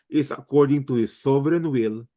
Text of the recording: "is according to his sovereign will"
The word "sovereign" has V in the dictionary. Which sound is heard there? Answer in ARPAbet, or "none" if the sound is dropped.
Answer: B